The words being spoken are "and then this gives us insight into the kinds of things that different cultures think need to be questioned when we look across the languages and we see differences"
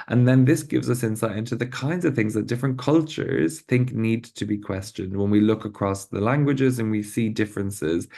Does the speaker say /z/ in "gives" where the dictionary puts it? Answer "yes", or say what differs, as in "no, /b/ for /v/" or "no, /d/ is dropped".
yes